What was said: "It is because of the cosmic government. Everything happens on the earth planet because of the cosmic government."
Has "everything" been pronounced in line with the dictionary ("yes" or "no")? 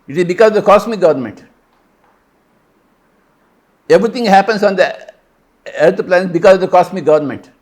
no